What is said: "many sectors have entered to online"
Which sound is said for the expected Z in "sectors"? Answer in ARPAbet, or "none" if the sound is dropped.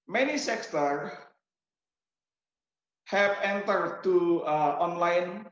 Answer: none